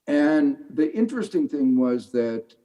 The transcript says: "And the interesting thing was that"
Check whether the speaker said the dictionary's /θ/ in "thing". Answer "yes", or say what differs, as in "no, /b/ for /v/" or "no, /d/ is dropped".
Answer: yes